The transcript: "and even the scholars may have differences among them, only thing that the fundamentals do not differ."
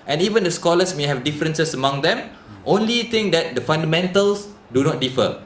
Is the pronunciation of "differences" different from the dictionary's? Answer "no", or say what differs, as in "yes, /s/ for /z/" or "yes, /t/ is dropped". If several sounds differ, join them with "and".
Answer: yes, /s/ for /z/